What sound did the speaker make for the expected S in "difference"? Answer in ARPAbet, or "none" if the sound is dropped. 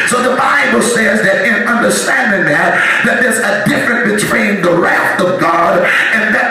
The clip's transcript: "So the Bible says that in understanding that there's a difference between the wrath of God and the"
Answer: none